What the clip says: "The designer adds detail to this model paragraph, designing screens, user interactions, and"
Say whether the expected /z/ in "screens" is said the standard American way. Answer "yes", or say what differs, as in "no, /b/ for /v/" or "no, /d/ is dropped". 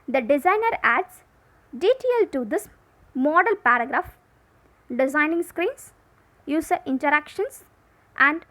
no, /s/ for /z/